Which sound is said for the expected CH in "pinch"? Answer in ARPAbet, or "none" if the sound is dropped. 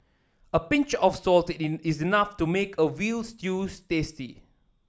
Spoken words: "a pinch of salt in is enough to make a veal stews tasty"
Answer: CH